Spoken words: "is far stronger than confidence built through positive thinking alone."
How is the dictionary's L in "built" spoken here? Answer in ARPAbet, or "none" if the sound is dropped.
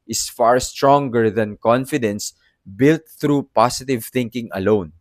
L